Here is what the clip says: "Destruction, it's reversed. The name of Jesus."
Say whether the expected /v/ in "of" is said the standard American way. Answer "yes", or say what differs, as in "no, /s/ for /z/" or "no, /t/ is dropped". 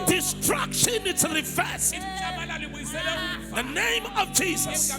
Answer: yes